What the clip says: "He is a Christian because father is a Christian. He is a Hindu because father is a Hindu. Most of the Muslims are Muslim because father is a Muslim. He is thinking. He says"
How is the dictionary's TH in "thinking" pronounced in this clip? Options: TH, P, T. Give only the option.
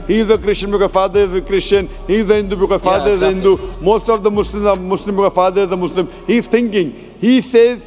T